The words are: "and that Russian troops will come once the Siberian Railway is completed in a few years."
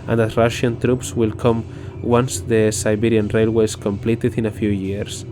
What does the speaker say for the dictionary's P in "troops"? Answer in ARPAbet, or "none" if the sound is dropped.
P